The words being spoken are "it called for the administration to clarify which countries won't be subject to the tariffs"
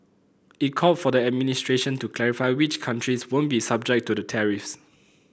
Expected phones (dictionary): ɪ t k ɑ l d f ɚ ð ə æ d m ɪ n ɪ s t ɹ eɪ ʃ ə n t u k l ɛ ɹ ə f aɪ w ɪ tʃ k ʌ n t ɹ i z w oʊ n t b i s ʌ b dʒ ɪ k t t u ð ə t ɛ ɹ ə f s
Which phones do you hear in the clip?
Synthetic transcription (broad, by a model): ɪ t k ɑ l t f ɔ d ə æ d m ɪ n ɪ s t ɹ eɪ ʃ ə n t u k l ɛ ɹ ə f aɪ w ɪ tʃ k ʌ n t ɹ i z w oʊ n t b i s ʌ b dʒ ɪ k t t u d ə t ɛ ɹ ə f s